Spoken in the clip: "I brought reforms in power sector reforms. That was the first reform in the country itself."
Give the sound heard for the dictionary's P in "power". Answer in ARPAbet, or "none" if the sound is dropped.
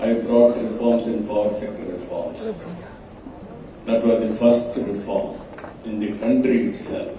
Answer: F